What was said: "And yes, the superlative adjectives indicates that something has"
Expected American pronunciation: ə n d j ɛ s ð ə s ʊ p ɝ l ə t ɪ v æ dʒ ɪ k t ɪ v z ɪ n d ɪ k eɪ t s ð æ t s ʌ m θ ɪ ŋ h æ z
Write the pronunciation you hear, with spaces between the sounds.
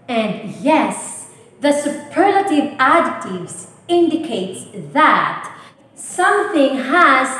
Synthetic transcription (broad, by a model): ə n d j ɛ s ð ə s ʊ p ɝ l ə t ɪ v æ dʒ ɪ t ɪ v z ɪ n d ɪ k eɪ t s ð æ t s ʌ m θ ɪ ŋ h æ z